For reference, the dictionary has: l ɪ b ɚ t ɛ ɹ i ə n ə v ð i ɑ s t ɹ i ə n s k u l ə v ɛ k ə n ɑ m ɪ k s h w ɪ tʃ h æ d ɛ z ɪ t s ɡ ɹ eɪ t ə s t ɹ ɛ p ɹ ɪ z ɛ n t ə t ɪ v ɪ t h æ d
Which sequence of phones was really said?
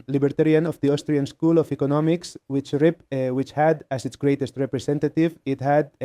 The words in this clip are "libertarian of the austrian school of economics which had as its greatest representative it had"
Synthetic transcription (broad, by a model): l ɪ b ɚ t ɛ ɹ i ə n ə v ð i ɑ s t ɹ i ə n s k u l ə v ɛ k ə n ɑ m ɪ k s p w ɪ tʃ h æ d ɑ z ɪ t s ɡ ɹ eɪ t ə s t ɹ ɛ p ɹ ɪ s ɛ n t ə t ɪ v ɪ t h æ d